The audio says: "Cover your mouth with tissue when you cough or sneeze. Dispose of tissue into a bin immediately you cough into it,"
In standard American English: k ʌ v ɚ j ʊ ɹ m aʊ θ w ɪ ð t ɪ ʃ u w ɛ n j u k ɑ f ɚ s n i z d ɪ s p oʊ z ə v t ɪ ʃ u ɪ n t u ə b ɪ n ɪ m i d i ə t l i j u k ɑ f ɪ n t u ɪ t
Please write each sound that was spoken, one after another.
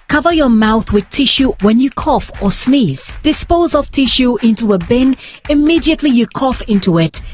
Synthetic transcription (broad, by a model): k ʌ v ɚ j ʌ ɹ m aʊ θ w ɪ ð t ɪ ʃ u w ɛ n j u k ɑ f ɚ s n i z d ɪ s p oʊ z ə v t ɪ ʃ u ɪ n t u ə b ɪ n ɪ m i d i ə t l i j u k ɑ f ɪ n t u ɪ t